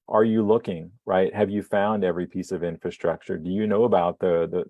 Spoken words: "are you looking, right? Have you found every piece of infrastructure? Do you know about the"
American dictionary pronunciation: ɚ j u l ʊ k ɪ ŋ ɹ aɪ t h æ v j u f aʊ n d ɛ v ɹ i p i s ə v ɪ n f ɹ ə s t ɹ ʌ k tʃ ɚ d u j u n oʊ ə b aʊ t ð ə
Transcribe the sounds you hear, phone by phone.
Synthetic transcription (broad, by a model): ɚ j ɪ l ʊ k ɪ ŋ ɹ aɪ t h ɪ v j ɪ f aʊ n d ɛ v ɹ i p i s ə v ɪ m f ɹ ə s t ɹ ʌ k tʃ ɚ d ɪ j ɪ n oʊ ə b aʊ t ð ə